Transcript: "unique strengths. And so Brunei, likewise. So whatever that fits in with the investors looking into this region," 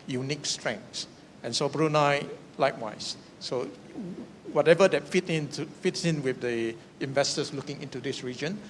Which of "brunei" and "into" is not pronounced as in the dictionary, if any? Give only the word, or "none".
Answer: none